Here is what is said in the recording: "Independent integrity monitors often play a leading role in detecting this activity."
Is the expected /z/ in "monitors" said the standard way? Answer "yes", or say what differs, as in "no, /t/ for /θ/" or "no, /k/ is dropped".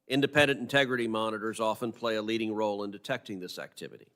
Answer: yes